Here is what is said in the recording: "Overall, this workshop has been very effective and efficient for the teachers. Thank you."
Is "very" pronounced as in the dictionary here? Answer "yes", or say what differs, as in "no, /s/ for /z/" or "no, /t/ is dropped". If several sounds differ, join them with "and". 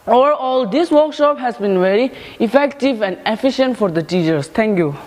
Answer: yes